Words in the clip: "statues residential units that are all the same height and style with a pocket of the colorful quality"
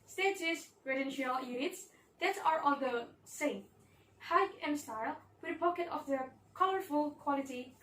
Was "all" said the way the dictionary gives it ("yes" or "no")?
no